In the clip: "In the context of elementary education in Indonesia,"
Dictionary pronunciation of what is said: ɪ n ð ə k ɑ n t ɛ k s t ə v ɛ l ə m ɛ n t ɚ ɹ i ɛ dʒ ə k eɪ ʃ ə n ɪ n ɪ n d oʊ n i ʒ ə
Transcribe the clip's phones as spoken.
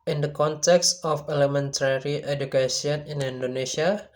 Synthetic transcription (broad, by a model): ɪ n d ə k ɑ n t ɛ k s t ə f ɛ l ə m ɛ n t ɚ ɹ i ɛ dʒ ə k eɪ s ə n ɪ n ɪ n d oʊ n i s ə